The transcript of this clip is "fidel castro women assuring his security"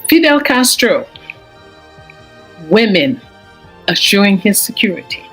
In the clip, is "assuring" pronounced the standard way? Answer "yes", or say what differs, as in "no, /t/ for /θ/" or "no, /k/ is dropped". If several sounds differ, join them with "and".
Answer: yes